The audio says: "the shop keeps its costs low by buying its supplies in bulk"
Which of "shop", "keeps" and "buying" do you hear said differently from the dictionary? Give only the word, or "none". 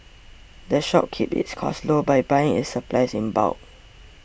keeps